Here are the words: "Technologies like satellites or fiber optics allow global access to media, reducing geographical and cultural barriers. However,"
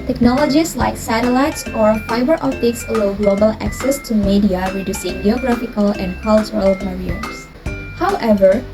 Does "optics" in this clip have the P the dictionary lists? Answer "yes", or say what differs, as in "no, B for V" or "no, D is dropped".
no, P is dropped